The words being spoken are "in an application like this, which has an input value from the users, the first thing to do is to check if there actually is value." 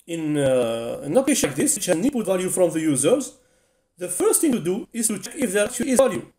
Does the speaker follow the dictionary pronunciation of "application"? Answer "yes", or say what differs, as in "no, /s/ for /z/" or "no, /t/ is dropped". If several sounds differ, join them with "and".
no, /l/ is dropped